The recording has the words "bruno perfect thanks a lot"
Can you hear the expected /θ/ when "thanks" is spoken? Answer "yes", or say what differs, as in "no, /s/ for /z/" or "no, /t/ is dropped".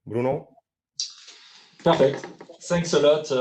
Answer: no, /s/ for /θ/